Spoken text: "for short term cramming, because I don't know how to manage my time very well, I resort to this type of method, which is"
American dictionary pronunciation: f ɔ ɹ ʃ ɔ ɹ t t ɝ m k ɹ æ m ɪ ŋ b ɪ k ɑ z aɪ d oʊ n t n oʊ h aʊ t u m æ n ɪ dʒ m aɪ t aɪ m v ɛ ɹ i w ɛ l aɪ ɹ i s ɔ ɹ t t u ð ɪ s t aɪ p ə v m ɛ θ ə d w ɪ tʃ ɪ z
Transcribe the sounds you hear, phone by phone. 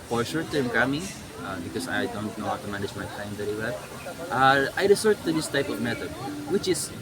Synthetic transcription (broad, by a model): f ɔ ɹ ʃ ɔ ɹ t t ɝ m k ɑ m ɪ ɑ b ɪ k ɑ s aɪ d oʊ n t n oʊ h aʊ t u m æ n ɪ dʒ m aɪ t aɪ m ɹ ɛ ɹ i w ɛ l aɪ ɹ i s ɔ ɹ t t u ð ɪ s t aɪ p ə v m ɛ t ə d w ɪ tʃ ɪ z